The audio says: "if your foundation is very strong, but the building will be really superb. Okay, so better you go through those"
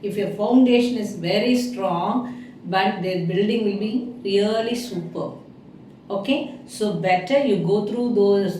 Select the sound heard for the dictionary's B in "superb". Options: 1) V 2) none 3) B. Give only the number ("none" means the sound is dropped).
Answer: 2